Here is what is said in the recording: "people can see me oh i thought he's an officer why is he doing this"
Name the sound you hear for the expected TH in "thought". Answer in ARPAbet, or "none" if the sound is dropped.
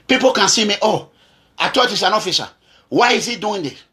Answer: T